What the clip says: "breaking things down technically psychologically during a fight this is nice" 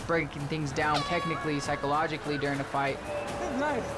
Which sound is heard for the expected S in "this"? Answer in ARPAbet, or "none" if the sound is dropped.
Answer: none